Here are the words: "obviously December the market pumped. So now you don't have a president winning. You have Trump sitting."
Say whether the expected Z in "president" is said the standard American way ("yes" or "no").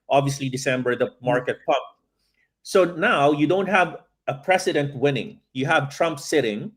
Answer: no